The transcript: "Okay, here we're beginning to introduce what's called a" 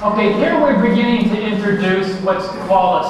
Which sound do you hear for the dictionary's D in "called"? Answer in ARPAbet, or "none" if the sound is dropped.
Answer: none